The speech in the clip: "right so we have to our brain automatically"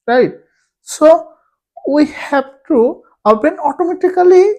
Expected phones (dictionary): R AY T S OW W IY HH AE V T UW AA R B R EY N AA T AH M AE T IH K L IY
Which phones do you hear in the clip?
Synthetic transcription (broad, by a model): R AY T S OW W IY HH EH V T UW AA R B EY N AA T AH M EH T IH K L IY